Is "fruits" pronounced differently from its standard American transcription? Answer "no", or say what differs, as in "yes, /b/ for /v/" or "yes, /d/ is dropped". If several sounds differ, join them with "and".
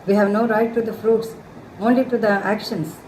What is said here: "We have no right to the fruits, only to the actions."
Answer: no